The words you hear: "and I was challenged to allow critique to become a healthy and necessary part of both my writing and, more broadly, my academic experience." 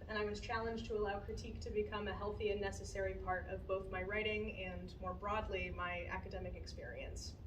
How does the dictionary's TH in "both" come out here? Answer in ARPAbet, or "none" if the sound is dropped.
TH